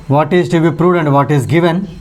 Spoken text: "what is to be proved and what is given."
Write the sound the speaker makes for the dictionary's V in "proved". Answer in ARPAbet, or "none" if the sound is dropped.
none